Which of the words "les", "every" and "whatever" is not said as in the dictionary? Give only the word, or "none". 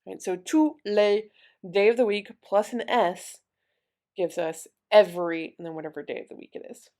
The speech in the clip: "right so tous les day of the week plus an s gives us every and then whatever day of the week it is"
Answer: none